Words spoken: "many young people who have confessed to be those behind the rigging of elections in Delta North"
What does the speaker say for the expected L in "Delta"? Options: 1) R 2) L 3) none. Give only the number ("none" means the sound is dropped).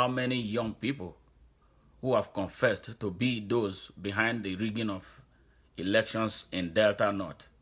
2